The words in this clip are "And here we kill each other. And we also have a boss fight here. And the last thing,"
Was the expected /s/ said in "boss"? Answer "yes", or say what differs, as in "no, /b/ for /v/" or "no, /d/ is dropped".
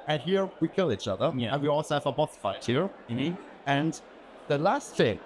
no, /θ/ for /s/